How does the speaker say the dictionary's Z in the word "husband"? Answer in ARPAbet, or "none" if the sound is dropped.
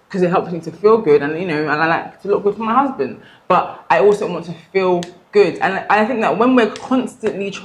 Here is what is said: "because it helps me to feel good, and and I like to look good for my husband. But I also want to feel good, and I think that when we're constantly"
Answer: Z